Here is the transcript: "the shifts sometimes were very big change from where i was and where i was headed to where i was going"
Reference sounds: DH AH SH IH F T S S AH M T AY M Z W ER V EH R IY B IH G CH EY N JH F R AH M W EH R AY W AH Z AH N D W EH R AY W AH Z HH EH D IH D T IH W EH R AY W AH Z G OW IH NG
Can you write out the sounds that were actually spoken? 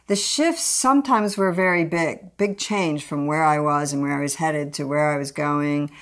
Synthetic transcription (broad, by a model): DH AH SH IH F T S S AH M T AY M Z W ER V EH R IY B IH G CH EY N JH F R AH M W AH R AY W AH Z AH N W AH R AY W AH Z HH EH D IH D T IH W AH R AY W AH Z G OW IH NG